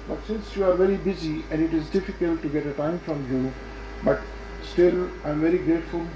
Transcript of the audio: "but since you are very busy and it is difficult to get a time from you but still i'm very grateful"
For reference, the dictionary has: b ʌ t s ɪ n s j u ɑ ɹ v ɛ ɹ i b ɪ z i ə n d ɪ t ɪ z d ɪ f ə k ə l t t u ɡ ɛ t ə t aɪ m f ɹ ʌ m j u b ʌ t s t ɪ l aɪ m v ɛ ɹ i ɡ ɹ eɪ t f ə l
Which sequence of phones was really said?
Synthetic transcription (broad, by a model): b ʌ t s ɪ n s j u ɑ ɹ v ɛ ɹ i b ɪ z i ə n d ɪ t ɪ z d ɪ f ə k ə l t t u ɡ ɛ t ə t aɪ m f ɹ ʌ m j u b ʌ t s t ɪ l aɪ m v ɛ ɹ i ɡ ɹ eɪ t f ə l